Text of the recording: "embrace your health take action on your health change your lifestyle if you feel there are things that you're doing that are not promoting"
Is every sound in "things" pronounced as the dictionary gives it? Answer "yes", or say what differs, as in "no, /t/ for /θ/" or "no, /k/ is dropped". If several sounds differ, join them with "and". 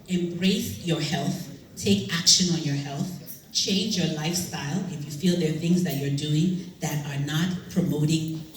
yes